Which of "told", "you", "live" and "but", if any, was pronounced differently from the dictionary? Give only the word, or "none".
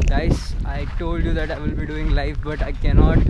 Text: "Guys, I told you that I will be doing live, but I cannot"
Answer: live